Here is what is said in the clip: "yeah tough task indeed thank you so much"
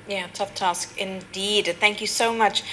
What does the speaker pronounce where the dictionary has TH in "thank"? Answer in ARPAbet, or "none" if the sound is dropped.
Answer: TH